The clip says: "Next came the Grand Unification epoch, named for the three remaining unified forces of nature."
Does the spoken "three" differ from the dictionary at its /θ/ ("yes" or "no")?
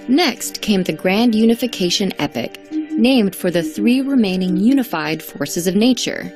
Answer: no